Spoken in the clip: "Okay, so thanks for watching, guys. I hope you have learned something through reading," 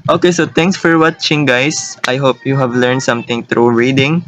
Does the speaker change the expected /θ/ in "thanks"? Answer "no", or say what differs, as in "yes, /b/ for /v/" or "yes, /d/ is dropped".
yes, /t/ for /θ/